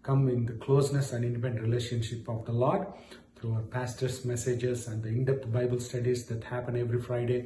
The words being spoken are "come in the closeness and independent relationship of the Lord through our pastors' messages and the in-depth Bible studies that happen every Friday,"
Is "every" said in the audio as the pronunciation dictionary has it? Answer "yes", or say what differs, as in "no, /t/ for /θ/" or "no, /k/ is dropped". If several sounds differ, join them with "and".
yes